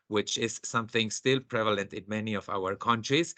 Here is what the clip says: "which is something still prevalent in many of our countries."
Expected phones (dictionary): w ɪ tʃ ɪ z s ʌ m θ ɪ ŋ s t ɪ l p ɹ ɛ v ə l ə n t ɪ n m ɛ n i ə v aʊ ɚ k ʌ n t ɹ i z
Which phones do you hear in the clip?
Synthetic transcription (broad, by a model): w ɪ tʃ ɪ z s ʌ m θ ɪ ŋ s t ɪ l p ɹ ɛ v ə l ə n t ɪ n m ɛ n i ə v aʊ ɚ k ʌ n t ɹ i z